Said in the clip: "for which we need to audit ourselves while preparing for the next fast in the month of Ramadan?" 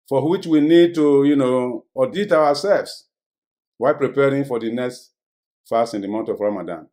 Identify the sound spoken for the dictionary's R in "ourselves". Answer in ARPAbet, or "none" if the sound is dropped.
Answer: W